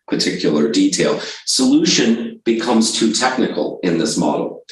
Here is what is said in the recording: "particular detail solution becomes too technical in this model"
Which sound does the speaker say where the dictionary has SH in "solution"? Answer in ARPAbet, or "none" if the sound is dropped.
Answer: SH